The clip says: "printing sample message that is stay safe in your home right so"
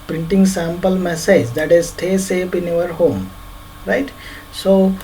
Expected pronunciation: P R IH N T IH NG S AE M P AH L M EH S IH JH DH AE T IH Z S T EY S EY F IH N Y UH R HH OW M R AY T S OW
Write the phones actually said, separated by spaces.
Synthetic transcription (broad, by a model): P R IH N T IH NG S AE M P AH L M EH S IH JH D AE T IH Z S T EY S EY P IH N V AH R HH OW M R AY T S OW